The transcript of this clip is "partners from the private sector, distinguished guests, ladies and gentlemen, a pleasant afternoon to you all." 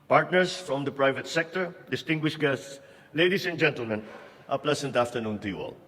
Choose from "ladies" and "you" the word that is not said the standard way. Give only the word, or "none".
ladies